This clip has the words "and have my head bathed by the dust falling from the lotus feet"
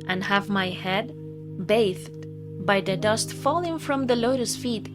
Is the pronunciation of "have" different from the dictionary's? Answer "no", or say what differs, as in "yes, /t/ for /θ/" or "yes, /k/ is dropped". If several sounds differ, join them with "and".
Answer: no